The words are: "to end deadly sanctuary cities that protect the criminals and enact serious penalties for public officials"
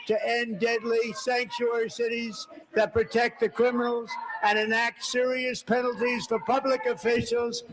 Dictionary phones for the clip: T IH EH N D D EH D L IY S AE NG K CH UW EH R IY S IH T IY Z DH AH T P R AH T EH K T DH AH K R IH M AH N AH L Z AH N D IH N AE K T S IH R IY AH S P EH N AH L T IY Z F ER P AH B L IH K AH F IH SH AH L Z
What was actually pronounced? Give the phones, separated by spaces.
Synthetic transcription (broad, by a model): T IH EH N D D EH D L IY S AE NG K CH UW EH R IY S IH T IY Z DH AH T P R AH T EH K T DH AH K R IH M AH N L Z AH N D IH N AE K T S IH R IY AH S P EH N L T IY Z F ER P AH B L IH K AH F IH SH L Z